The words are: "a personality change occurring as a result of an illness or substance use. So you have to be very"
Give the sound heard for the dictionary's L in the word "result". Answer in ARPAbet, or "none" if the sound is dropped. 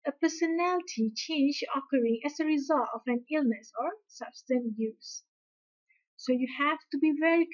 L